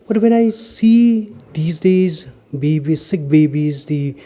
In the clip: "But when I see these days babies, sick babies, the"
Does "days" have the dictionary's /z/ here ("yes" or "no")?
yes